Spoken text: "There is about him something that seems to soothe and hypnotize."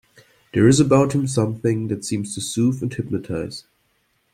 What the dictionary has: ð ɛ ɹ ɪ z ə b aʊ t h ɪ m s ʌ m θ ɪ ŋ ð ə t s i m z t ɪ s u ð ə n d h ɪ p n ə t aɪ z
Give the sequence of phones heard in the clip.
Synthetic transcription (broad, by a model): ð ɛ ɹ ɪ z ə b aʊ t h ɪ m s ʌ m θ ɪ ŋ ð ə t s i m z t ɪ s u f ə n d h ɪ p n ə t aɪ z